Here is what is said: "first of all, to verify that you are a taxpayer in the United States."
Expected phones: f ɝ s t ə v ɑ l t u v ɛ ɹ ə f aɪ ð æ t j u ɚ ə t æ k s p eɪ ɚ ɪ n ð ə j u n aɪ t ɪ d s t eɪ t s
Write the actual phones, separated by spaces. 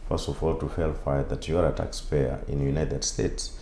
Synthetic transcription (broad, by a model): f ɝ s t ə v ɑ l t u f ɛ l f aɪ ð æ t j u ɚ ə t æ k s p eɪ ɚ ɪ n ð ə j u n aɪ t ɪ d s t eɪ t s